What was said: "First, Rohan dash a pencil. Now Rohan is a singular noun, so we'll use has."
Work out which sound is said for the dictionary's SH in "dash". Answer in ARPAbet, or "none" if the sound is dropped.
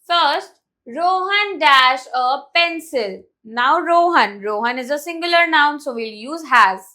SH